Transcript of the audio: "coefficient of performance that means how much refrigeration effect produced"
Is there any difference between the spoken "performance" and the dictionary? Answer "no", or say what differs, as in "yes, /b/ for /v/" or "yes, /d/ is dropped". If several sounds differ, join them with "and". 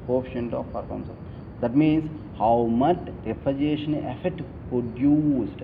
yes, /n/ is dropped